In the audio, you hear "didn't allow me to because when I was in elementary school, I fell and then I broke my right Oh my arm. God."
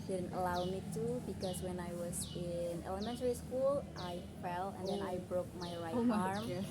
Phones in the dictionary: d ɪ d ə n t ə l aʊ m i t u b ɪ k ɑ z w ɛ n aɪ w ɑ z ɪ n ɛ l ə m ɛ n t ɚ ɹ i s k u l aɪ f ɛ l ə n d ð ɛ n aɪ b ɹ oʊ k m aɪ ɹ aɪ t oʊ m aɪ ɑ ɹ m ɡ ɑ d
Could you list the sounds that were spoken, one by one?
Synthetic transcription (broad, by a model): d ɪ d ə n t ə l aʊ m i t u b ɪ k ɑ s w ɛ n aɪ w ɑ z ɪ n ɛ l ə m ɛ n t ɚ ɹ i s k u l aɪ f ɛ l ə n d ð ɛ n aɪ b ɹ oʊ k m aɪ ɹ aɪ t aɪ ɑ ɹ m